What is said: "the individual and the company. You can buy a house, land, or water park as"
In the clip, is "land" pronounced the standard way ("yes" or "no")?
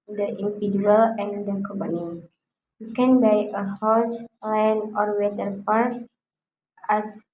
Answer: no